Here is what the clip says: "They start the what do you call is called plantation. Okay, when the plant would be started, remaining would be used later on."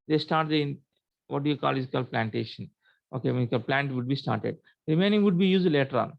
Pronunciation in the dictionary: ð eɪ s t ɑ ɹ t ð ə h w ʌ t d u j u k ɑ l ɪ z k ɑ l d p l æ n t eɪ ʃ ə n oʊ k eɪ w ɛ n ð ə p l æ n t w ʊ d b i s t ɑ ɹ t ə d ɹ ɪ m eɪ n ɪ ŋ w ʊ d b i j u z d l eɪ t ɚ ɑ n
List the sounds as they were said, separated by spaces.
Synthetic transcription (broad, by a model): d eɪ s t ɑ ɹ t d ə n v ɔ t d u j u k ɑ l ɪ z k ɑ l p l æ n t eɪ ʃ ə n oʊ k eɪ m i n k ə p l æ n t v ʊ d b i s t ɑ ɹ t ə d ɹ ɪ m eɪ n ɪ ŋ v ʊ d b i j u z d l eɪ t ɚ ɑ n